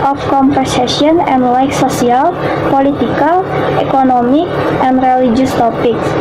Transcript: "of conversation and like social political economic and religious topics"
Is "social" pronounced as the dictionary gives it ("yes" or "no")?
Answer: no